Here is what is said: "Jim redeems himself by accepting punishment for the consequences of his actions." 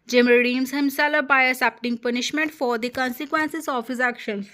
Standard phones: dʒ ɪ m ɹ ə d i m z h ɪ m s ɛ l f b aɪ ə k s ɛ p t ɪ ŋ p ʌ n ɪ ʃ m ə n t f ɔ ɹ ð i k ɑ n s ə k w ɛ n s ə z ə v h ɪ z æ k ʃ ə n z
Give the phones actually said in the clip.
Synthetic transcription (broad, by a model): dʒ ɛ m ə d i m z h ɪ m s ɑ l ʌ b aɪ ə s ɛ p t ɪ ŋ p ʌ n ɪ ʃ m ə n t f ɔ ɹ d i k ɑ n s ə k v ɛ n s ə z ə f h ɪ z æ k ʃ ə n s